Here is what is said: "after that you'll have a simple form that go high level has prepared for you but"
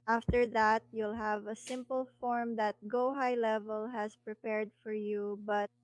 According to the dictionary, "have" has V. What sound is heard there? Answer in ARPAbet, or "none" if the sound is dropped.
V